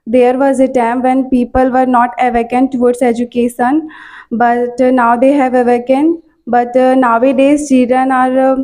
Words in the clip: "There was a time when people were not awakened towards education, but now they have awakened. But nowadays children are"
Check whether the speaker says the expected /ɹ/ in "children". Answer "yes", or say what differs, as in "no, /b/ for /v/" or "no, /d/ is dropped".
no, /ɹ/ is dropped